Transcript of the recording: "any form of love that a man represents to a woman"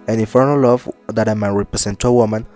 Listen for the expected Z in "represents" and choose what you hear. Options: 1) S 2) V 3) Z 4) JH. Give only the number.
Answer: 1